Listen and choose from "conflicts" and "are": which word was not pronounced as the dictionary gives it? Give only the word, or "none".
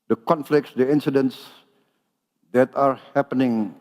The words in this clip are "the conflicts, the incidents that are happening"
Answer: none